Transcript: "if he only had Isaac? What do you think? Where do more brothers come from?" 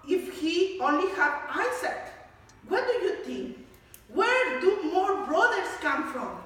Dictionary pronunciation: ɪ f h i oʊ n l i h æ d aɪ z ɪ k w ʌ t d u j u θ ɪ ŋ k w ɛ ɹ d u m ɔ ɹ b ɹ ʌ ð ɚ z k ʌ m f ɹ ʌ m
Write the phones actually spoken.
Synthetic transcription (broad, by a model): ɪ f h i oʊ n l i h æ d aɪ s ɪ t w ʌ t d u j u t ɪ ŋ k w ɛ ɹ d u m ɔ ɹ b ɹ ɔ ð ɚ s k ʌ m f ɹ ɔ m